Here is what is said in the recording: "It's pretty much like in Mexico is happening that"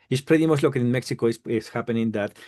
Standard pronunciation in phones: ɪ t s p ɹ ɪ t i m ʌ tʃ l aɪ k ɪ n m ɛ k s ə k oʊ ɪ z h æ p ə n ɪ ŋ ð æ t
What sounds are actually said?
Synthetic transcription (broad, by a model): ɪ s p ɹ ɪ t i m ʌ s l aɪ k ɪ n m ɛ k s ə k oʊ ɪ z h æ p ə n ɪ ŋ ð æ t